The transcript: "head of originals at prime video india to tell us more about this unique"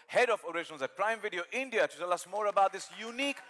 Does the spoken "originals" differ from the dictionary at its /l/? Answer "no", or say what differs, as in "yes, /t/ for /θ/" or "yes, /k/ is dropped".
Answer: yes, /n/ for /l/